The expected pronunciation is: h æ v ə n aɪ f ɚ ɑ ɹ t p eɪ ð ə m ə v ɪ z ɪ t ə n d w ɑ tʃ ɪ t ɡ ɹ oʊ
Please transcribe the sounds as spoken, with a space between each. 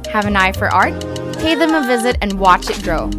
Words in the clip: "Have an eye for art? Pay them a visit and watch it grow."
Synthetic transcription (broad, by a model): h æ v ə n aɪ f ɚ ɑ ɹ t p eɪ ð ə m ə v ɪ z ɪ t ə n w ɑ tʃ ɪ t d ɹ oʊ